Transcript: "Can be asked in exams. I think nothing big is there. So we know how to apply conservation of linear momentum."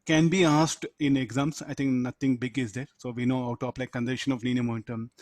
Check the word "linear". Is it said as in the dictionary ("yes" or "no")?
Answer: no